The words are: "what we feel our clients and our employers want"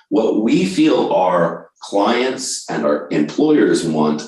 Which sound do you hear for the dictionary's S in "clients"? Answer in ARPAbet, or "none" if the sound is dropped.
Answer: S